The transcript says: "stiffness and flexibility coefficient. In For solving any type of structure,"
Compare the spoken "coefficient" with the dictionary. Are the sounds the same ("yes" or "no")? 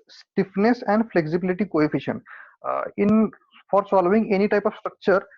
no